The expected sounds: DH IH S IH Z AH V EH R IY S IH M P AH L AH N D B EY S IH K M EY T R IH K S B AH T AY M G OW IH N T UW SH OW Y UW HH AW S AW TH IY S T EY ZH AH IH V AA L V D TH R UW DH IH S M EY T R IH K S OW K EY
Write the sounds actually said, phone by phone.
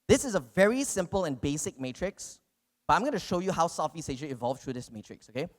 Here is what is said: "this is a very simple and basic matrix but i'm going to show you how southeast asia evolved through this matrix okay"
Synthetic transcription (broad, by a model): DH IH S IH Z AH V EH R IY S IH M P AH L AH N B EY S IH K M EY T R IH K S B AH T AY M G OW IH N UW SH OW Y UW HH AW S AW F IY S EY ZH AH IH V AA L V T R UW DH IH S M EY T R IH K S OW K EY